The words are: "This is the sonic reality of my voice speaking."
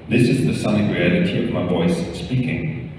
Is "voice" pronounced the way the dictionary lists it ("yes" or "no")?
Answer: yes